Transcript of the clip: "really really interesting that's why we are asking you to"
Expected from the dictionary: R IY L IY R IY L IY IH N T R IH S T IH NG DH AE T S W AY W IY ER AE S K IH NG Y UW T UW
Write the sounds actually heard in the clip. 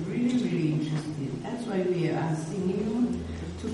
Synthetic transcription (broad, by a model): R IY L IY R IY L IY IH N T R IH S T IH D DH AE T S W AY W IY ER S IH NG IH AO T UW